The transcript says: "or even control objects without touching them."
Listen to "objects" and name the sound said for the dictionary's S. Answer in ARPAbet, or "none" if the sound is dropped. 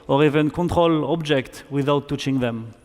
none